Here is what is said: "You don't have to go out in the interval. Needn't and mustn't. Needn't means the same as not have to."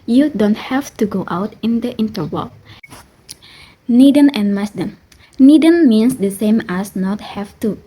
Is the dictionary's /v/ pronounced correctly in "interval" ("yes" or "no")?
no